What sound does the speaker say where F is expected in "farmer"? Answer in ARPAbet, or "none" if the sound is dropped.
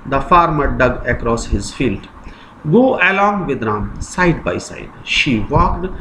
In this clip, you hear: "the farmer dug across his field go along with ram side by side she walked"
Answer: F